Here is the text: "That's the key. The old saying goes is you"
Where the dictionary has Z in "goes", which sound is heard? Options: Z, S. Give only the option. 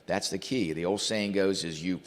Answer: Z